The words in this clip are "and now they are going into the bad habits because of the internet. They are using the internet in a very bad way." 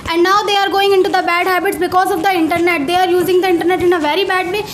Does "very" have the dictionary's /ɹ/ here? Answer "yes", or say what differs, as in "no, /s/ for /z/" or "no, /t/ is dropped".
yes